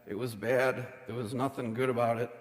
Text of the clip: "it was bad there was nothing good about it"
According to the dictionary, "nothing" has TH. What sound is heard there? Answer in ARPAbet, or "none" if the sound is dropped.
TH